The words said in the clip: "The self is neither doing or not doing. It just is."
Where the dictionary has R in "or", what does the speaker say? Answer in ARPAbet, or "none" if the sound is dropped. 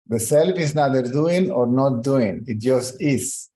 R